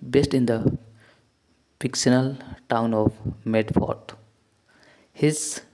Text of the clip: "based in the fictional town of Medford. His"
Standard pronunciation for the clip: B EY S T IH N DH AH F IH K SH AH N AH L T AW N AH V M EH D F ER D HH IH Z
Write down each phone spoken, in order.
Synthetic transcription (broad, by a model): B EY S T IH N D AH P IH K S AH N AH L T AW N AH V M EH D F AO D HH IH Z